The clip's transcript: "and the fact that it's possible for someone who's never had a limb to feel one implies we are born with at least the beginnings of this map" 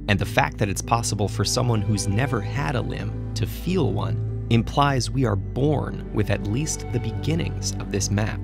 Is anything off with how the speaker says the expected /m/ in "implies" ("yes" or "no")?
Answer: no